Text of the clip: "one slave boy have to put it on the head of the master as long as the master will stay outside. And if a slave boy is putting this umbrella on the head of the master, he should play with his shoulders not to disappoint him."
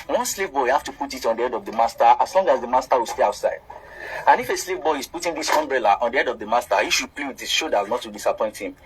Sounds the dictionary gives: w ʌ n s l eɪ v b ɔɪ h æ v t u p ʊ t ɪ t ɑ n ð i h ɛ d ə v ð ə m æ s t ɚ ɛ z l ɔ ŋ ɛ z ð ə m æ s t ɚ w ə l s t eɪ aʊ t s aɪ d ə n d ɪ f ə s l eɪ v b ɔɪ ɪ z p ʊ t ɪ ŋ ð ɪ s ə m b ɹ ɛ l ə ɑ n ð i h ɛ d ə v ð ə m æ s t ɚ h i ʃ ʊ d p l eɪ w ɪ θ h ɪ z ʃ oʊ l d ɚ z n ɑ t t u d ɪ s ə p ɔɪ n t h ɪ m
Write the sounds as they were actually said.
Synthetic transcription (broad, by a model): w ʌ n s l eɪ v b ɔɪ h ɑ f t u p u t ɪ t ɑ n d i ɛ d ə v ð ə m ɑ s t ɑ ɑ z l ɔ ŋ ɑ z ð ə m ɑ s t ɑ w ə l s t eɪ aʊ t s aɪ d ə n ɪ f ə s l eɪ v b ɔɪ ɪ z p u t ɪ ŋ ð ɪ s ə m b ɹ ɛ l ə ɑ n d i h ɛ d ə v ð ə m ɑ s t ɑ h i ʃ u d p l eɪ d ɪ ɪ ʃ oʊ d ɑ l n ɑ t t u d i s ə p ɔɪ n t h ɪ m